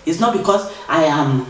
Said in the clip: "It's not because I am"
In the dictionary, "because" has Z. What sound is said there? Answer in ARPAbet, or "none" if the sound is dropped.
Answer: S